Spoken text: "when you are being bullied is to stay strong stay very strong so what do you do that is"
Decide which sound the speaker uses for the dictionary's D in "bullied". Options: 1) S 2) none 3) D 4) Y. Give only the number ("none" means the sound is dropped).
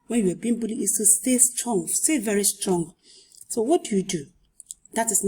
2